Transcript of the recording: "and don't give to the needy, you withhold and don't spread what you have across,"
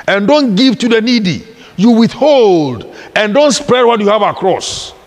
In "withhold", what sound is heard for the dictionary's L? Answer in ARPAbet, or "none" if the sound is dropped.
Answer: L